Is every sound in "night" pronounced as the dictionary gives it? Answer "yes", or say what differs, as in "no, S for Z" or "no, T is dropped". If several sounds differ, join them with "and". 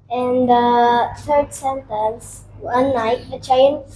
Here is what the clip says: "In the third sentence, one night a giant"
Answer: no, L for N